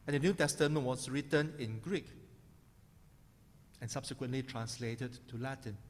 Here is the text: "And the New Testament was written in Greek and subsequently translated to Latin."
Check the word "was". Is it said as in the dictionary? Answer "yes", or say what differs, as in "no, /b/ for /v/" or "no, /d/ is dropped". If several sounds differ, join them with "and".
no, /s/ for /z/